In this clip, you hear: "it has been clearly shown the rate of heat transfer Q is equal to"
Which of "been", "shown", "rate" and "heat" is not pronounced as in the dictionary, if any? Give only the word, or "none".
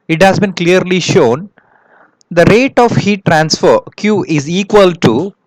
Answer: none